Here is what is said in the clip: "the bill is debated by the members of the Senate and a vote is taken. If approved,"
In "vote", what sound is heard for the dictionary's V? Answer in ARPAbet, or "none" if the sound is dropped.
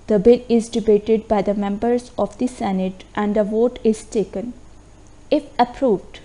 V